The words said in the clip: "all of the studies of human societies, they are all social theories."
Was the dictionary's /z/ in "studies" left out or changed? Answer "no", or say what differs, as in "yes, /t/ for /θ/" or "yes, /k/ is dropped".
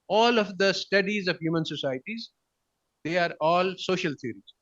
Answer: no